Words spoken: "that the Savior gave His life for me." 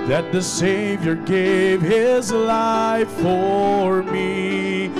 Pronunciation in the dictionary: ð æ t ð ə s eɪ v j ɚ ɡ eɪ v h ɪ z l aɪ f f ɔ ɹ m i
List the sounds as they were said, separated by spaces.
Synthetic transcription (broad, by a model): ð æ t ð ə s eɪ v j ɚ ɡ eɪ v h ɪ z l aɪ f f ɔ ɹ m i